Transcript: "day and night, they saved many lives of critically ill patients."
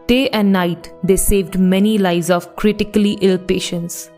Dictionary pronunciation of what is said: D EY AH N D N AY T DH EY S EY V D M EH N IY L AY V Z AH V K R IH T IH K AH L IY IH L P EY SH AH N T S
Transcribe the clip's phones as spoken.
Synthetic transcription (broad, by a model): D EY AH N D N AY T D EY S EY V D M EH N IY L AY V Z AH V K R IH T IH K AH L IY IH L P EY SH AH N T S